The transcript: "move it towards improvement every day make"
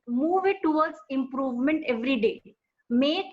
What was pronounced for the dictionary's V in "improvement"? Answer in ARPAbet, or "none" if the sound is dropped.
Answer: V